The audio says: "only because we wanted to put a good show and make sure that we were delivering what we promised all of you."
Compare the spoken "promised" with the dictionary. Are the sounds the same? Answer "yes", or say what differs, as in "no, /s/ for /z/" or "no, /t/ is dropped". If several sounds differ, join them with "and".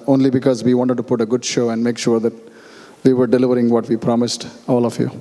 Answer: yes